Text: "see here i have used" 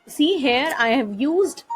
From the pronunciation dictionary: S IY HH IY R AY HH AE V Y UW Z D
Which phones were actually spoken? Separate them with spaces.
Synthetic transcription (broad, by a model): S IY HH IY R AY HH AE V Y UW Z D